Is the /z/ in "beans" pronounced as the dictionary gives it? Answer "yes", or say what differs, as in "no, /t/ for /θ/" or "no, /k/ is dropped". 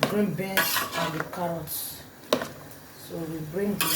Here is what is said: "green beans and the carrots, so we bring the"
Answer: no, /s/ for /z/